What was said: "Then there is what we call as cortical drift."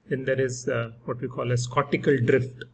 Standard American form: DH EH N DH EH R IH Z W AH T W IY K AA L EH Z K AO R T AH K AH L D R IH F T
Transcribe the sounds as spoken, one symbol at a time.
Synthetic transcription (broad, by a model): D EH N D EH R IH Z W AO T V IY K AA L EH S K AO T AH K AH L D R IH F T